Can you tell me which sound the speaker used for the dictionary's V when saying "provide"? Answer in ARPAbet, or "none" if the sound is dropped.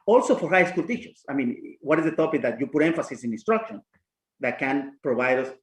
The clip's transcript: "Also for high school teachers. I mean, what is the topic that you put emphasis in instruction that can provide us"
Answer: B